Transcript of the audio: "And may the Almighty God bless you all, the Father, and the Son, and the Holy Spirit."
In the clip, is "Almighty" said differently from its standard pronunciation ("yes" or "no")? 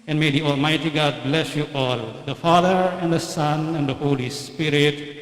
no